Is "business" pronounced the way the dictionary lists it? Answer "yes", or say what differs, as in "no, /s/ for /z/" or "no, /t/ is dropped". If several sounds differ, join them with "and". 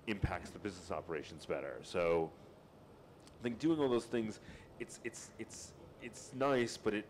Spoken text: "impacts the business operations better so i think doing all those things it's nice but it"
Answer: yes